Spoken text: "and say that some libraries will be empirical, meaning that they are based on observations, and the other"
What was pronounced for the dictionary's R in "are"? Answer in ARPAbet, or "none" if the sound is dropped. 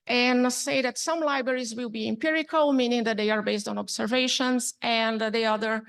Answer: R